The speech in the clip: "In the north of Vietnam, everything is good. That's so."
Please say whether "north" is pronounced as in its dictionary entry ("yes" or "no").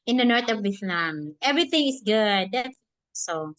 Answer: no